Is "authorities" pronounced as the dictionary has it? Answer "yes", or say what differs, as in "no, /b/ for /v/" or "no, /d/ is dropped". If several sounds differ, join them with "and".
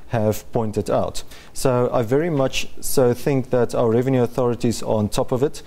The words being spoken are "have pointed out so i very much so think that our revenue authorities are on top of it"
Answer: yes